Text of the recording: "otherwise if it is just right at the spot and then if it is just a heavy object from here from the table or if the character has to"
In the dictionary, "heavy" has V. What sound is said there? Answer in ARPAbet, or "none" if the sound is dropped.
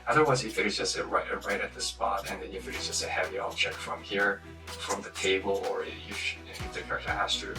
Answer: V